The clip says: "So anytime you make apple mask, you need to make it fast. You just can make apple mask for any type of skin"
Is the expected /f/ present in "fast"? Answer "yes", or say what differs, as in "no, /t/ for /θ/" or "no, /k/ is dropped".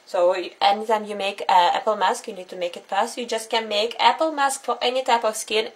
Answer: no, /p/ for /f/